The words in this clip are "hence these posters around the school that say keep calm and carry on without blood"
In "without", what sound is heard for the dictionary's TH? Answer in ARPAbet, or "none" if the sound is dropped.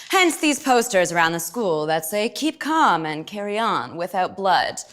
TH